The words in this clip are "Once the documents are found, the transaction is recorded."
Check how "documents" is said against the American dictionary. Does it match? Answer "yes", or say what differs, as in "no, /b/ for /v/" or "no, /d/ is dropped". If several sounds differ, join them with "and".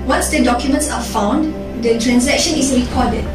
yes